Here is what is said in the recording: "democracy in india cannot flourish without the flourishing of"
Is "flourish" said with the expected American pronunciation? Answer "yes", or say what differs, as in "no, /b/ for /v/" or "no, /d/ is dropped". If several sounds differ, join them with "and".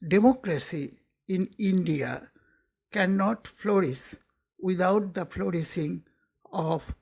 no, /s/ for /ʃ/